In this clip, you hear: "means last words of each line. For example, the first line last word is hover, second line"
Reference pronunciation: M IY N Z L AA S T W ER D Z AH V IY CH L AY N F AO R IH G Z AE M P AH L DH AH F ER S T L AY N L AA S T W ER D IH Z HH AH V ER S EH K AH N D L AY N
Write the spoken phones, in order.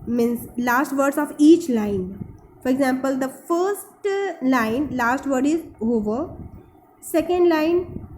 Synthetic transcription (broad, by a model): M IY N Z L AA S T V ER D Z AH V IY CH L AY N F AO R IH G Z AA M P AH L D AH F ER S T L AY N L AA S T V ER D IH Z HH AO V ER S EH K AH N D L AY N